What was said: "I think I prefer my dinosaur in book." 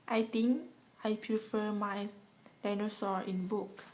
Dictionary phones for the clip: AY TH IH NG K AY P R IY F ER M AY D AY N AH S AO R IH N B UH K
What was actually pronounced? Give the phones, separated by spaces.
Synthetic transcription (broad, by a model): AY T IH NG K AY P R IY F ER M AY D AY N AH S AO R IH N B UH K